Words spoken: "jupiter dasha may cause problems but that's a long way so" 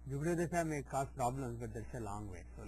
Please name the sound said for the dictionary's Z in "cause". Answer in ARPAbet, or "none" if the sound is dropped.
S